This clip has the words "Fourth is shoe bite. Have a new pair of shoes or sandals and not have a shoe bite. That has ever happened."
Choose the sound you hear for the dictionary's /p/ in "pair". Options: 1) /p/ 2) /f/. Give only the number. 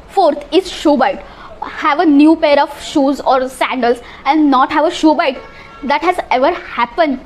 1